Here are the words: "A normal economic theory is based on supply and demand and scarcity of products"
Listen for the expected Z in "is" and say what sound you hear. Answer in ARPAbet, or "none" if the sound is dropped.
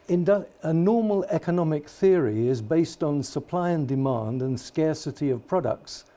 Z